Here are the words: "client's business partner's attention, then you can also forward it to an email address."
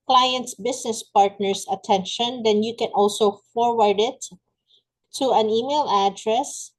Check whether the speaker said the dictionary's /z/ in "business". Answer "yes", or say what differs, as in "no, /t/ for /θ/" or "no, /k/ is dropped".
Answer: no, /s/ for /z/